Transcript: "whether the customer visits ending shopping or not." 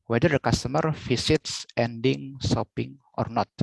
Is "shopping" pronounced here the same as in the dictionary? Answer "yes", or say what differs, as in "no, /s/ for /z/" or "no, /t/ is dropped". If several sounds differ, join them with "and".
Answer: no, /s/ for /ʃ/